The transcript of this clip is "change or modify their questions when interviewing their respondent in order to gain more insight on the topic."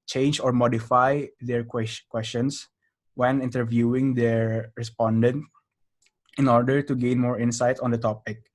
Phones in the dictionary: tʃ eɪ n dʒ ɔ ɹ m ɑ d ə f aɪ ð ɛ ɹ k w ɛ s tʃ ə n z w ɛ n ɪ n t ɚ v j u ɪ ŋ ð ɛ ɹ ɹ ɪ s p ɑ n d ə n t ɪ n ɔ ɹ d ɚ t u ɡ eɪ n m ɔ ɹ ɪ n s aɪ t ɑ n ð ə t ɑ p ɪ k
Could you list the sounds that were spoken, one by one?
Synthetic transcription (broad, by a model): tʃ eɪ n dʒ ɔ ɹ m ɑ d ə f aɪ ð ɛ ɹ k w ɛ s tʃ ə n s w ɛ n ɪ n t ɚ v j u ɪ ŋ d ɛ ɹ ɹ ɪ s p ɑ n d ə n t ɪ n ɔ ɹ d ɚ t u ɡ eɪ n m ɔ ɹ ɪ n s aɪ t ɑ n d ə t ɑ p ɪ k